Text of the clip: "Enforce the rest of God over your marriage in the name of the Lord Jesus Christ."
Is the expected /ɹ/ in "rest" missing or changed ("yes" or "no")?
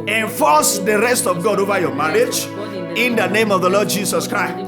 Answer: no